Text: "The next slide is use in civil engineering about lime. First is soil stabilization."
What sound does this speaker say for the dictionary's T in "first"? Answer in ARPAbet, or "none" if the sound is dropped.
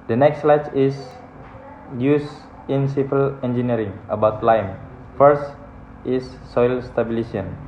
T